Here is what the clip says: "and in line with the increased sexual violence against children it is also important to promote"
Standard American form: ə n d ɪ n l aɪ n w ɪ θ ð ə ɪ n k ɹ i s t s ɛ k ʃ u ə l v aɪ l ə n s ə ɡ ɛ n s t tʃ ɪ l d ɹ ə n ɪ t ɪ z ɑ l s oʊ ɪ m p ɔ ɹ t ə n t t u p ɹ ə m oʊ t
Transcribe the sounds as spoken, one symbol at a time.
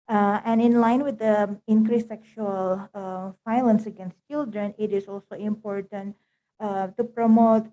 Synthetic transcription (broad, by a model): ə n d ɪ n l aɪ n w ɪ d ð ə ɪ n k ɹ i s s ɛ k ʃ u ə l f aɪ l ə n s ə ɡ ɛ n s t tʃ ɪ l d ɹ ə n ɪ t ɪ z ɑ l s oʊ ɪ m p ɔ ɹ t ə n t t u p ɹ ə m oʊ t